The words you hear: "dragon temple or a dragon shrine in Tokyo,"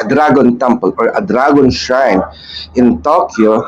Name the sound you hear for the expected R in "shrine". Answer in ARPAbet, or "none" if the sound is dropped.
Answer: none